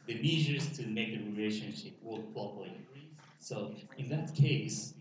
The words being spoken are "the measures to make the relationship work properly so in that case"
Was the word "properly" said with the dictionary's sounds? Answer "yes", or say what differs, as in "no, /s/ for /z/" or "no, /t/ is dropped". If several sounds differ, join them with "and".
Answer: no, /ɹ/ is dropped